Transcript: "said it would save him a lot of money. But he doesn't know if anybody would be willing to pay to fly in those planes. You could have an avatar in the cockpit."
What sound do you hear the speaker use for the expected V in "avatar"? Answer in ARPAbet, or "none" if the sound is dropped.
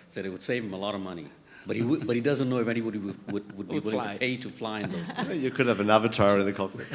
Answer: V